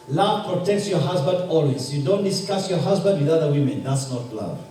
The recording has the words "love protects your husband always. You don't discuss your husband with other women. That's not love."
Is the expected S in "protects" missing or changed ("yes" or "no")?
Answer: no